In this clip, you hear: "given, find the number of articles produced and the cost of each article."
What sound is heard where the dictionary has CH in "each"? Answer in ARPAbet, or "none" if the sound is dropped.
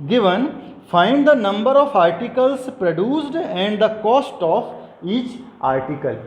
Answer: CH